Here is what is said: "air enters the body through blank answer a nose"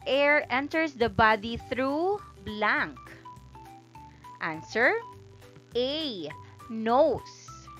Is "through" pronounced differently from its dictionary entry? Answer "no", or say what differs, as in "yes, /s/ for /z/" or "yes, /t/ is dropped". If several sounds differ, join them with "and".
no